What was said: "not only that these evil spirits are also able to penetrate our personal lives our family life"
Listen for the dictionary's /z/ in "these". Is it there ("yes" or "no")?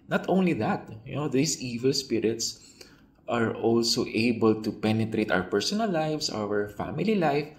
no